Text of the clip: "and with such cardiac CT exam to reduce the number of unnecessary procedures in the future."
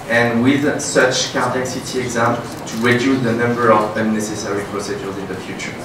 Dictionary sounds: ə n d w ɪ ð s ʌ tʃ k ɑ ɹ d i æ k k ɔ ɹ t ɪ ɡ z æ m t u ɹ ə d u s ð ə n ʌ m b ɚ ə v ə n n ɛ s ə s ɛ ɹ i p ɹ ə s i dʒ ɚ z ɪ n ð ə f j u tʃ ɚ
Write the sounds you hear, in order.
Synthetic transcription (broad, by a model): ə n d w ɪ ð s ʌ tʃ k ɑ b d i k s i t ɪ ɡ z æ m t u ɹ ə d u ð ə n ʌ m b ɚ ə v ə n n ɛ s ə s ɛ ɹ i p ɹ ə s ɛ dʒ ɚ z ɪ n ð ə f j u tʃ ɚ